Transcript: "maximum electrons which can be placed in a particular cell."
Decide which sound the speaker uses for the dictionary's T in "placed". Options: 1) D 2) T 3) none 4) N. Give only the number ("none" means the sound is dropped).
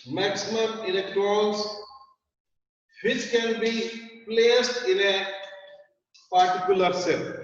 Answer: 2